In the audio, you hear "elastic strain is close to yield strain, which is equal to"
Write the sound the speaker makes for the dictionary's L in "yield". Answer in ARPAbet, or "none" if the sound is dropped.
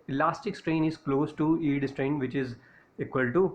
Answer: none